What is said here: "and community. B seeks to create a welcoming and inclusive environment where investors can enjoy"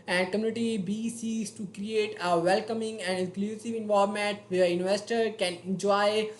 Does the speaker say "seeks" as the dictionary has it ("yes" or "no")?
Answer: no